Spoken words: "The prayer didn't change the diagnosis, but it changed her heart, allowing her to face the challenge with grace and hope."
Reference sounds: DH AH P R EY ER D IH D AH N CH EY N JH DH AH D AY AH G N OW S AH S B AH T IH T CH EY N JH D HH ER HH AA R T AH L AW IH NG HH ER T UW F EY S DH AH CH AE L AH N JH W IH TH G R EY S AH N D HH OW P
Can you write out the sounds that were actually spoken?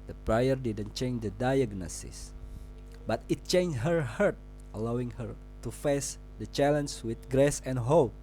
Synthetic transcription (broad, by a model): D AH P R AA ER D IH D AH N CH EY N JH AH D AY AH G N OW S AH S B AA T IH T CH EY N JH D HH ER HH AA R T AH L AW IH NG HH ER T UW F EY S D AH CH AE L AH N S W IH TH G R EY S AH N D HH OW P